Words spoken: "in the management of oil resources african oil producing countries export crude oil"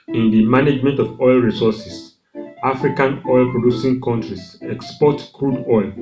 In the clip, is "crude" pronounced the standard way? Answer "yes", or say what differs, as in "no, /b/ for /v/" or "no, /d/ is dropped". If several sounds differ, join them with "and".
yes